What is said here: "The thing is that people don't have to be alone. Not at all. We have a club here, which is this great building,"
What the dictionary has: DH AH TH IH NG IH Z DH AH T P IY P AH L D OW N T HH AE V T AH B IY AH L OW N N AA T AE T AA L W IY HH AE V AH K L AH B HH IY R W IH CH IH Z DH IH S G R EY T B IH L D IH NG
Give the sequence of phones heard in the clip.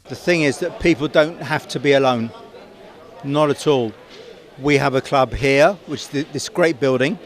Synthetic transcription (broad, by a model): DH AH TH IH NG IH Z DH AH T P IY P AH L D OW N T HH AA F T AH B IY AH L OW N N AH T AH T AA L W IY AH V AH K L AH B HH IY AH W IH CH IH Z DH IH S G R EY T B IH L D IH NG